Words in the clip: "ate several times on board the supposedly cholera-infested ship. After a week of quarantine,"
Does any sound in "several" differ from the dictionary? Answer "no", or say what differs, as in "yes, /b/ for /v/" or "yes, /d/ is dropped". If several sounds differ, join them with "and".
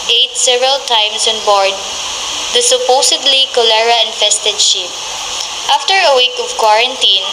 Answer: no